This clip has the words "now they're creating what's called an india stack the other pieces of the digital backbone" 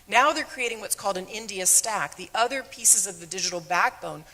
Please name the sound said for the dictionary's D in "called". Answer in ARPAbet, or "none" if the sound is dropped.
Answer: D